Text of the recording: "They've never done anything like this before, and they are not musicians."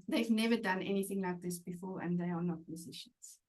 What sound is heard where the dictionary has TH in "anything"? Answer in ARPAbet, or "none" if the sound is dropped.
TH